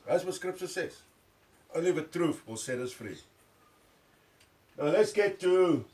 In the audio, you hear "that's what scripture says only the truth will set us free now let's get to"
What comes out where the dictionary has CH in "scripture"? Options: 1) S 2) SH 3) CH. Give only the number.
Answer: 1